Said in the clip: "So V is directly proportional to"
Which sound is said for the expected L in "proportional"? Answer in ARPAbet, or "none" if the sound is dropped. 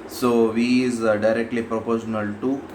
L